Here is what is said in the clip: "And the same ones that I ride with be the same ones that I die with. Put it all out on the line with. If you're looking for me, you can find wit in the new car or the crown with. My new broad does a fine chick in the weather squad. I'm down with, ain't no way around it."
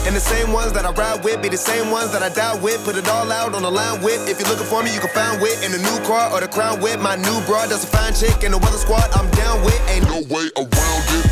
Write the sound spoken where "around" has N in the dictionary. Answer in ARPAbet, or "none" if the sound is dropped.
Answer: L